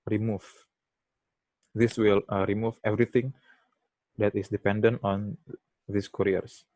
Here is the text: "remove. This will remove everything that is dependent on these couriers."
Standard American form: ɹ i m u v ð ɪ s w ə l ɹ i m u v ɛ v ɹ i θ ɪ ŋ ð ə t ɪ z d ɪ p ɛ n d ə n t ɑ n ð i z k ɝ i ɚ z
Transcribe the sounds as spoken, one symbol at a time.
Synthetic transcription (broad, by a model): ɹ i m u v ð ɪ s w ə l ɹ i m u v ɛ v ɹ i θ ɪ ŋ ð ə t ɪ s d ɪ p ɛ n d ə n t ɑ n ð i s k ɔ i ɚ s